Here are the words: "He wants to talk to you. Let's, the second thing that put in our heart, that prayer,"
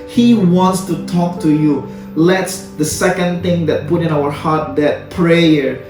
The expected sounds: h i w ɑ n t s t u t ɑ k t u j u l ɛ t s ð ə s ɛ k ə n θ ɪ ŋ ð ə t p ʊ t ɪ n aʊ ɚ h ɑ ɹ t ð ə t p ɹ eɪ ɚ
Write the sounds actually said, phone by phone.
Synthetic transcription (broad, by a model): h i w ɑ n t s t u t ɑ k t u j u l ɛ t s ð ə s ɛ k ə n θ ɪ ŋ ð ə t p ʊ t ɪ n aʊ ɚ h ɑ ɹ t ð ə t p ɹ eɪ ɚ